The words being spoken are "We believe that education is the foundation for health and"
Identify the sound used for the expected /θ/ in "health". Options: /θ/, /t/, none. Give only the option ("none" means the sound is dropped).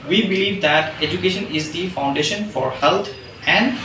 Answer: /t/